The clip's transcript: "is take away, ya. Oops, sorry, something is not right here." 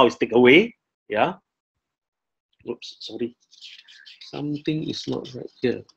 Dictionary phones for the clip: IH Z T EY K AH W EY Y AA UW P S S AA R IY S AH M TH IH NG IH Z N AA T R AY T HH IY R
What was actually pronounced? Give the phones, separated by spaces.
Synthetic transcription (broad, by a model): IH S T EY K AH W EY Y AA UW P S S AA R IY S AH M T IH NG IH S N AA T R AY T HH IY